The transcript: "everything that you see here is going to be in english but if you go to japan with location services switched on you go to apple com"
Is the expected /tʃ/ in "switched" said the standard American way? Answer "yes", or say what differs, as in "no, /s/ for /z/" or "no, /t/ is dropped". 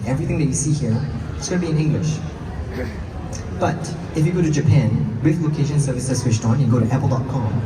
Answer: no, /ʃ/ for /tʃ/